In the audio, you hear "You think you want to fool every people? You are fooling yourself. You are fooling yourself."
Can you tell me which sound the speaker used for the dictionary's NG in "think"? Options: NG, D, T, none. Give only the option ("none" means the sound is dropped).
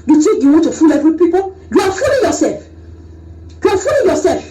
none